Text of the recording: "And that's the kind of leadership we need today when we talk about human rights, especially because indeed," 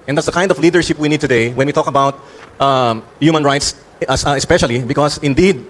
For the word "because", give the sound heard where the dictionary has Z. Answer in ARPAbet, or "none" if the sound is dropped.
S